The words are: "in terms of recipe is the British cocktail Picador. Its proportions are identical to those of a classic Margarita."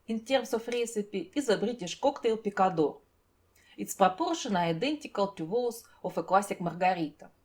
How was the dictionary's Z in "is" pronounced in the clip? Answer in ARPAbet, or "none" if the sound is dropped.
Z